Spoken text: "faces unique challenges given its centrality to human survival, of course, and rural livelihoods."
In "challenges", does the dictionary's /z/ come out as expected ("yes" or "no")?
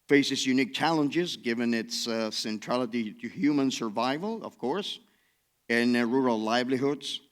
yes